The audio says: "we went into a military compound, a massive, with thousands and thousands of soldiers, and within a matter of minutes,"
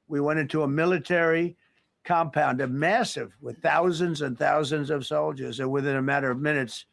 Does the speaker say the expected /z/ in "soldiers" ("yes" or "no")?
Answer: yes